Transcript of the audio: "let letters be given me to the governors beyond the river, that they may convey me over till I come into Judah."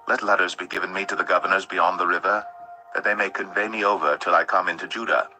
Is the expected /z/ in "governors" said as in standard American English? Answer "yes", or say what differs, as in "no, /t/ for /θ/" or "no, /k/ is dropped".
yes